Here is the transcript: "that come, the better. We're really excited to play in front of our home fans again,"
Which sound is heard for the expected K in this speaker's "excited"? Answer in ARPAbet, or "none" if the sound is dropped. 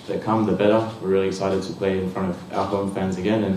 none